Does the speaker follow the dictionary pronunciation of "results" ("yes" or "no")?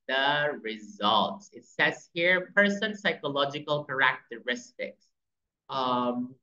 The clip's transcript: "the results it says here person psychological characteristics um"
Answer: yes